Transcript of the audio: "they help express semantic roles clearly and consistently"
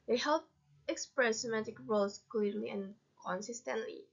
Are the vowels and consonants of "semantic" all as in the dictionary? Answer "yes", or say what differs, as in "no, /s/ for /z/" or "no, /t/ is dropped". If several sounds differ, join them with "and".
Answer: no, /n/ is dropped